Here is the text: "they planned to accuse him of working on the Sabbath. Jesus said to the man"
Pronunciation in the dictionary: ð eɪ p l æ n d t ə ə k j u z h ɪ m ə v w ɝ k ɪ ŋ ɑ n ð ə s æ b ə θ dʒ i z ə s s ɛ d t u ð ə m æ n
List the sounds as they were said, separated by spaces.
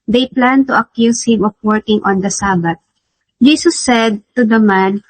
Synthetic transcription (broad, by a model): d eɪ p l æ n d t ə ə k j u s h ɪ m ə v w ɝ k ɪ ŋ ɑ n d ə s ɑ b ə t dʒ i s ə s s ɛ d t u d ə m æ n